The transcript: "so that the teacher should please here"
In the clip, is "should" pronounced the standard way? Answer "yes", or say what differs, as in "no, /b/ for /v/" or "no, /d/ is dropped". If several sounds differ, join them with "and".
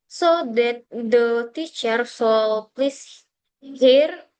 no, /s/ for /ʃ/